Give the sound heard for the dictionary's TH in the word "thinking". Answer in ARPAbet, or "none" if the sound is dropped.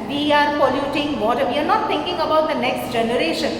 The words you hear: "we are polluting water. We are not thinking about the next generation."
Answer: T